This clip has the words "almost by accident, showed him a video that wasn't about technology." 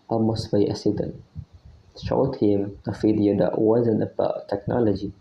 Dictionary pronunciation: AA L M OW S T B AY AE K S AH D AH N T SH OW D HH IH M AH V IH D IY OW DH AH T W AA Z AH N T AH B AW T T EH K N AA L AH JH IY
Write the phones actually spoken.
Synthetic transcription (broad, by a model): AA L M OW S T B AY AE S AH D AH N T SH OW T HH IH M AH F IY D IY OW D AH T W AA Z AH N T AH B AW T T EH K N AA L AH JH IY